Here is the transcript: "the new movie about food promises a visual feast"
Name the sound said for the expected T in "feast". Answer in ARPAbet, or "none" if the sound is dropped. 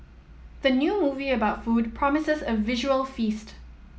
T